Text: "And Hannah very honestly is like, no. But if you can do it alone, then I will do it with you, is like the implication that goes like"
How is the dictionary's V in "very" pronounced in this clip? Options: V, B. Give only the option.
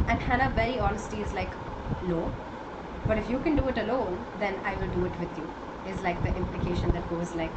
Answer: B